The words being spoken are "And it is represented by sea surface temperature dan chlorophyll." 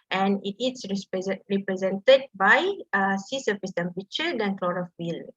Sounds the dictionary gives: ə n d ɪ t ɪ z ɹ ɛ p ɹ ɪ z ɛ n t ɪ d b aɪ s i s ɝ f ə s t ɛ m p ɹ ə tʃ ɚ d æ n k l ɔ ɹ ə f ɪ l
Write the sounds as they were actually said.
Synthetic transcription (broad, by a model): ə n ɪ t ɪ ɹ ɹ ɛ p ɹ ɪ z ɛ n t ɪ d b aɪ s i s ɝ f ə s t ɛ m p ə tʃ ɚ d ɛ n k l ɔ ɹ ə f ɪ l